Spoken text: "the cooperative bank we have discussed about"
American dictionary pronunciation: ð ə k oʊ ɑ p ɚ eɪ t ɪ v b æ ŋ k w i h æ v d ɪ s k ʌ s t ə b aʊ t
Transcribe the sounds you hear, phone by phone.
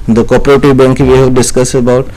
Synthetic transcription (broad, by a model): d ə k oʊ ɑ p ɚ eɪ t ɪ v b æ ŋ k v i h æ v d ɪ s k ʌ s ə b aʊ t